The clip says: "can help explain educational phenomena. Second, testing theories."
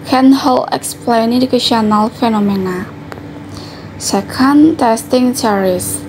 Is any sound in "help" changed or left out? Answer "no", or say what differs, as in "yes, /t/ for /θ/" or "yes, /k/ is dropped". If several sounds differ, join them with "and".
yes, /p/ is dropped